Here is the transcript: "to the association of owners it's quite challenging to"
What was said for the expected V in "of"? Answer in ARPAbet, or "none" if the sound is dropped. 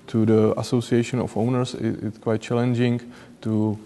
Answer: F